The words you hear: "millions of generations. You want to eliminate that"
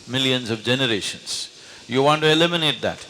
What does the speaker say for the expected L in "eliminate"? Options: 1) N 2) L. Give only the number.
2